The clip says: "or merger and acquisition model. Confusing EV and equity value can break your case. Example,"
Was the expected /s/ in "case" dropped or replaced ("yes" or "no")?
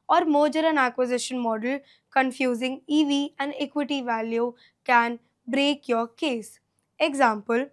no